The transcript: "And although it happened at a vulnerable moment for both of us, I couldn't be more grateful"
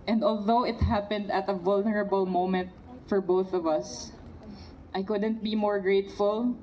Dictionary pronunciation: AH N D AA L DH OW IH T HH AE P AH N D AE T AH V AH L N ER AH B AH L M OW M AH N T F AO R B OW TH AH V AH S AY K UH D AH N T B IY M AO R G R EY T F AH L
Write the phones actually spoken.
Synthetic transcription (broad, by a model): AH N D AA L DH OW IH T HH AE P AH N D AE T AH V AH L N ER AH B AH L M OW M AH N T F AO R B OW TH AH V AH S AY K UH D AH N T B IY M AO R G R EY T F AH L